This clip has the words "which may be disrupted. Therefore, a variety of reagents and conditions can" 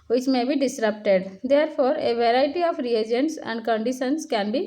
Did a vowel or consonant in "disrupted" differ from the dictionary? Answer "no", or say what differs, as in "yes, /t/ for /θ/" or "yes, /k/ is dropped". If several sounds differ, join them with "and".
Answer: no